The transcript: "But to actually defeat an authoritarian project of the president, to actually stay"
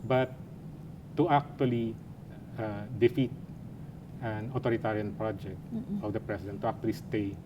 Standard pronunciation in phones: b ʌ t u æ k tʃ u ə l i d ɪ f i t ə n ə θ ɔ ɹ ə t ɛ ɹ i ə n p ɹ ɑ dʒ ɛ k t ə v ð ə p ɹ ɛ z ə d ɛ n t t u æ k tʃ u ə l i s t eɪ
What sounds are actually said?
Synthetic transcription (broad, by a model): b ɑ t u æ k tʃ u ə l i d ɪ f i t ə n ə t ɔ ɹ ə t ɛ ɹ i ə n p ɹ ɑ dʒ ɛ k t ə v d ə p ɹ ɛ s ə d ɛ n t t u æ k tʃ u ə l i s t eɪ